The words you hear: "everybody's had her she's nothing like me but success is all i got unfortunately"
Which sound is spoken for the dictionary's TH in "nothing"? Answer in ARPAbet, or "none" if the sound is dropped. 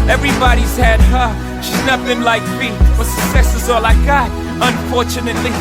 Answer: T